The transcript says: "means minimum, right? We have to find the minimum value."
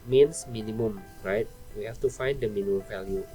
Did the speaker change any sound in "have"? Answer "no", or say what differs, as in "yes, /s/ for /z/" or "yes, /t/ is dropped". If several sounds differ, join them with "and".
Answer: yes, /f/ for /v/